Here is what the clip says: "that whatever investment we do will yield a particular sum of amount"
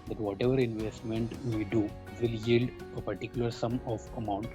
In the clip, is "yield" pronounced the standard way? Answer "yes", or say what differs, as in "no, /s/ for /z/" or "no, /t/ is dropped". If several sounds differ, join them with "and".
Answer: yes